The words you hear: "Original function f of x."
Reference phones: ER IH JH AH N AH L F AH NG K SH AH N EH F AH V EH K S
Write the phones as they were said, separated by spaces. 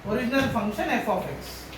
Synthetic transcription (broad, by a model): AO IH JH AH N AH L F AH NG K SH AH N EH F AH P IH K S